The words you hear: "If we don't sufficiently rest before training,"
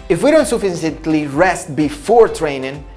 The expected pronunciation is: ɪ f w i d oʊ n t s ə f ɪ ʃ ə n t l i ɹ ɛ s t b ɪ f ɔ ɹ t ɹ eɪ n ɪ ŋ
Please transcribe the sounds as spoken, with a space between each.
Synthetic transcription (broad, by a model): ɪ f w i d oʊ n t s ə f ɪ s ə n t l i ɹ ɛ s t b ɪ f ɔ ɹ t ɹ eɪ n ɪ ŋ